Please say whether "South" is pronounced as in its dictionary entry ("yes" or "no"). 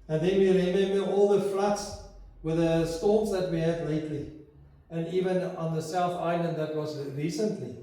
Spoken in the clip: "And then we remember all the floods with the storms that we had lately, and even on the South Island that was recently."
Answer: yes